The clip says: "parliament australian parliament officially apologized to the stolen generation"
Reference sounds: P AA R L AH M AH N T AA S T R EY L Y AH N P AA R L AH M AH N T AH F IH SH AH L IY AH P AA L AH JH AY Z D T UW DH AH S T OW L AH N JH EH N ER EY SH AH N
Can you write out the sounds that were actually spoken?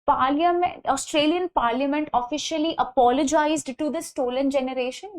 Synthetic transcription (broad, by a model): P AA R L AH M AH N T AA S T R EY L Y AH N P AA R L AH M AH N T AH F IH SH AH L IY AH P AA L AH JH AY Z D T UW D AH S T OW L AH N JH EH N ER EY SH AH N